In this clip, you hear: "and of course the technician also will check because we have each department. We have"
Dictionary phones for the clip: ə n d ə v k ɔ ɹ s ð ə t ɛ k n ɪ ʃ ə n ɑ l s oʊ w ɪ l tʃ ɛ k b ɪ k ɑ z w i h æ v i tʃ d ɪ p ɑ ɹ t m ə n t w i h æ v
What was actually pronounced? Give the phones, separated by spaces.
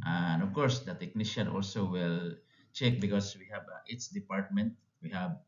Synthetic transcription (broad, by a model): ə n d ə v k ɔ ɹ s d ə t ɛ k n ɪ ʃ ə n ɑ l s oʊ w ɪ l tʃ ɛ k b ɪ k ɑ s w i h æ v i s d ɪ p ɑ ɹ t m ə n t w i h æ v